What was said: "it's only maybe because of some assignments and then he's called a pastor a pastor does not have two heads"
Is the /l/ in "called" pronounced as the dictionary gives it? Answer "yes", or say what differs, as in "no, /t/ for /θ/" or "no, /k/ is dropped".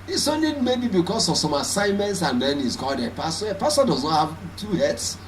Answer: yes